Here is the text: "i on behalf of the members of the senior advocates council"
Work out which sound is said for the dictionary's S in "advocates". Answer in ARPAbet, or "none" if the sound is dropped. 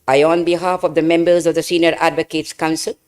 S